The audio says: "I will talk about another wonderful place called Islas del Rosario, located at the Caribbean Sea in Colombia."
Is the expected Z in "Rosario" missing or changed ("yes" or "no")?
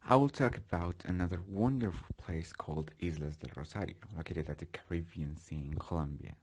yes